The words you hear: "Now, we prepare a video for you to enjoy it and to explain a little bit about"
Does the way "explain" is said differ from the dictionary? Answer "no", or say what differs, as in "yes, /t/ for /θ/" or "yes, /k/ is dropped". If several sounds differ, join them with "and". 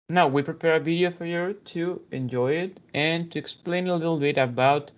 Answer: no